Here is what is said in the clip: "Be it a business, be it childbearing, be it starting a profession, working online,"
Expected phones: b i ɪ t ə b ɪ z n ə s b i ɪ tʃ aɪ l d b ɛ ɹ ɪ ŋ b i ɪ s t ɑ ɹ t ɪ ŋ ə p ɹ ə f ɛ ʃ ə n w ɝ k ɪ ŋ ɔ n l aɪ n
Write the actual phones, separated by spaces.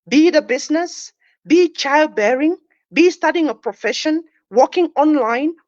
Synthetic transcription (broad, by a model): b i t ə b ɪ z n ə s b i tʃ aɪ l d b ɛ ɹ ɪ ŋ b i s t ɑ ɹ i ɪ ŋ ə p ɹ ə f ɛ ʃ ə n w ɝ k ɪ ŋ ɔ n l aɪ n